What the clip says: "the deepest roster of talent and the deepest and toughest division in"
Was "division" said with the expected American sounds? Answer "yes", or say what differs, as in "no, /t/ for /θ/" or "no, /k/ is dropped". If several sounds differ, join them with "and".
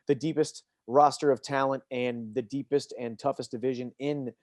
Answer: yes